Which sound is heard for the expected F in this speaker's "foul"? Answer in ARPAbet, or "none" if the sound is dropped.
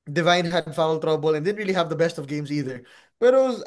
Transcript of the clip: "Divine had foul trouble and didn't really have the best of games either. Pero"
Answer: F